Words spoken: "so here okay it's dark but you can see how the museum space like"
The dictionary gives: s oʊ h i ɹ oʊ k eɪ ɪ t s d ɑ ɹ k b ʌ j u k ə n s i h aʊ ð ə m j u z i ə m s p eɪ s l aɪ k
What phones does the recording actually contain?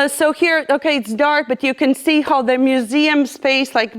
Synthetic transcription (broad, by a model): s oʊ h i ɹ oʊ k eɪ ɪ t s d ɑ ɹ k b ʌ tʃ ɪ k ə n s i h aʊ ð ə m j u z i ə m s p eɪ s l aɪ k